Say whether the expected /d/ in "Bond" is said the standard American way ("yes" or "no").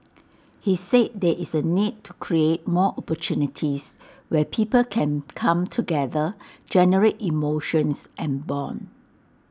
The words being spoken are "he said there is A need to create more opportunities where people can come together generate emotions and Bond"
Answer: no